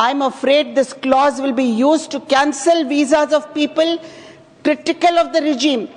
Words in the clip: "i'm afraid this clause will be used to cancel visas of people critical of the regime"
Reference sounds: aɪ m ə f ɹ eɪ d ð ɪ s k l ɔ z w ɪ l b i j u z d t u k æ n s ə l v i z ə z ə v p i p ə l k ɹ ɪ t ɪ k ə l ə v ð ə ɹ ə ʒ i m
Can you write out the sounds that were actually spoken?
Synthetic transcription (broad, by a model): aɪ m ə f ɹ eɪ d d ɪ s k l ɔ z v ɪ l b i j u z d t u k æ n s ə l v i z ə z ə v p i p ə l k ɹ ɪ t ɪ k ə l ə v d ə ɹ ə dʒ i m